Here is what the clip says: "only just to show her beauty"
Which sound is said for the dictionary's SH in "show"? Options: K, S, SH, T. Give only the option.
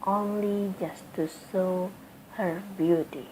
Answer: S